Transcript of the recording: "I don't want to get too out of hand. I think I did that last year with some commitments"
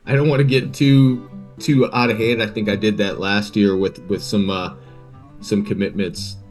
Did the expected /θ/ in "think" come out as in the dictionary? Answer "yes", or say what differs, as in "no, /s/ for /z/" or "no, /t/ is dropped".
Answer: yes